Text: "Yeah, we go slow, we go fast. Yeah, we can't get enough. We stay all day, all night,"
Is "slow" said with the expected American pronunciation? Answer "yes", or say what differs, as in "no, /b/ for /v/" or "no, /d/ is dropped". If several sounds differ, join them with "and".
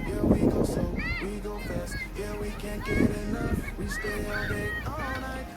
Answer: no, /l/ is dropped